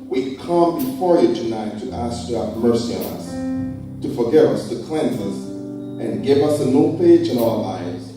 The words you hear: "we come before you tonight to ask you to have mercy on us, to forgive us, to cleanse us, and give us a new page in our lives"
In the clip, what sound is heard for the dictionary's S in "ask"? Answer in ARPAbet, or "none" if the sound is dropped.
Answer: S